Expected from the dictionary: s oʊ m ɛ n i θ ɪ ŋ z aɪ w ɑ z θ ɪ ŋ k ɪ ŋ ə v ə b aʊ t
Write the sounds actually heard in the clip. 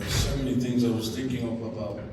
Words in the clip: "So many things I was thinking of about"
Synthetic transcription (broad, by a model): s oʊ m ɛ n i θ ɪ ŋ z aɪ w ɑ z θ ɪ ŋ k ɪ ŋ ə p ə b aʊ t